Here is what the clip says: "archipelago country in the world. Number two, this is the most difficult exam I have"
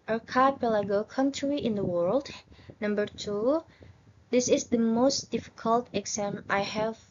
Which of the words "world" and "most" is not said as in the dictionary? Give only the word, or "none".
none